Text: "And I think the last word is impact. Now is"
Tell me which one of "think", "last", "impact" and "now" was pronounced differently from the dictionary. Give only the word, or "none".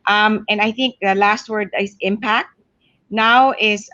none